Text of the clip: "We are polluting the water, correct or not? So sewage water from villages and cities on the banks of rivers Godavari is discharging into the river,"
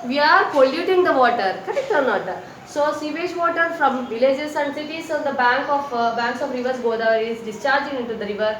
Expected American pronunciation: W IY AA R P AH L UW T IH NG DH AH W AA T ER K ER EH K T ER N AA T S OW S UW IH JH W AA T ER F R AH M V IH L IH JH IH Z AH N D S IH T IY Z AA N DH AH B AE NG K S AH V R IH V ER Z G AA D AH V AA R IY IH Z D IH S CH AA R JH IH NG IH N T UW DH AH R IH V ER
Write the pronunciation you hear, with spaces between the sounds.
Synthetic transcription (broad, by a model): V IY AA R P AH L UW T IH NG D AH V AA T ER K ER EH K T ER N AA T S OW S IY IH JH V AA T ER F R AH M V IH L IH JH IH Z AH N D S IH T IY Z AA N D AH B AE NG K AH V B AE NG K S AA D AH V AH R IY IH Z D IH S CH AA R JH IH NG IH N T UW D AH R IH V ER